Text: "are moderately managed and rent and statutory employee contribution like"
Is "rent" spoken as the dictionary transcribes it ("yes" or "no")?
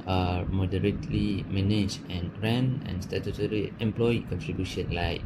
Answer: no